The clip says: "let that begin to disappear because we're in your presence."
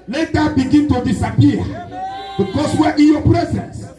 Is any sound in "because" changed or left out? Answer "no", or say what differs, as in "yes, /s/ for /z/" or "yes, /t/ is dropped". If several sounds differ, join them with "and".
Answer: yes, /s/ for /z/